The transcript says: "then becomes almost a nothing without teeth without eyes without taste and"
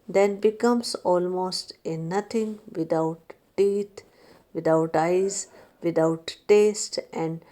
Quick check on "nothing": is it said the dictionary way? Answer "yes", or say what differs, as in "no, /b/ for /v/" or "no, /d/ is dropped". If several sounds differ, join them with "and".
no, /t/ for /θ/